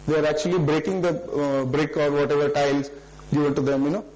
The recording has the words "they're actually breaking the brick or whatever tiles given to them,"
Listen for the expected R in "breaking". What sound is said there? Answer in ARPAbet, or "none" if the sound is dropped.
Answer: R